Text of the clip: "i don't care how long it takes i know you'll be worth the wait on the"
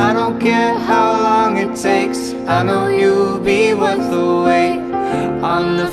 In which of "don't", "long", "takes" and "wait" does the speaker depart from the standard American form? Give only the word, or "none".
wait